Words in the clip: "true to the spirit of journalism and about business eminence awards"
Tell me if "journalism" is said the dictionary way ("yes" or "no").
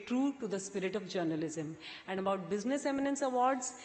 yes